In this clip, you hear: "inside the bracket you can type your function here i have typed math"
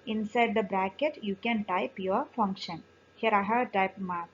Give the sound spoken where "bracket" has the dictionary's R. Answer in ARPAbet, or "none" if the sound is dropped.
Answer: R